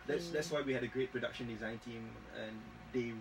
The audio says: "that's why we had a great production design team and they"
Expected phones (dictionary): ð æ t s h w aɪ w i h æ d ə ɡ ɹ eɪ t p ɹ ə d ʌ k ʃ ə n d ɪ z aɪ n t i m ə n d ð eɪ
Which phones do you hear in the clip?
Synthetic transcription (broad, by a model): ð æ t s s w aɪ w i h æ d ə ɡ ɹ eɪ t p ɹ ə d ʌ k ʃ ə n d ɪ z aɪ n t i m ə n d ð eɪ